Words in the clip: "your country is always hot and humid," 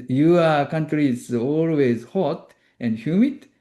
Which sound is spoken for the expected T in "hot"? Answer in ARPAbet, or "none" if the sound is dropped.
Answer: T